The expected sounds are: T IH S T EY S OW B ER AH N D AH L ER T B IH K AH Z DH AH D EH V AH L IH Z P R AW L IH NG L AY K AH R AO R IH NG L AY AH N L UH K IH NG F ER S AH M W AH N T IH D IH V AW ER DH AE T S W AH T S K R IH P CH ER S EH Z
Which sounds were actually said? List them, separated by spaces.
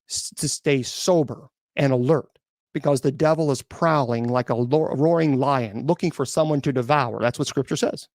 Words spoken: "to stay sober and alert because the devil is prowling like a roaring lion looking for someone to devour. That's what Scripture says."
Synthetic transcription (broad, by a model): T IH S T EY S OW B ER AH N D AH L ER T B IH K AH Z DH AH D EH V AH L IH Z P R AW L IH NG L AY K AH R AO R IH NG L AY AH N L UH K IH NG F ER S AH M W AH N T IH D IH V AW ER DH AE T S W AH T S K R IH P CH ER S EH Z